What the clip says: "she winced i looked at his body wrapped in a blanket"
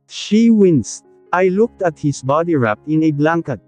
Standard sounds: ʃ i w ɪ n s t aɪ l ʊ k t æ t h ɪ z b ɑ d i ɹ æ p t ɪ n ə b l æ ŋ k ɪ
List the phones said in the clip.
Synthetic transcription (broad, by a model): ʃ i w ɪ n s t aɪ l ʊ k t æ t h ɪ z b ɑ d i ɹ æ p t ɪ n ə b l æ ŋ k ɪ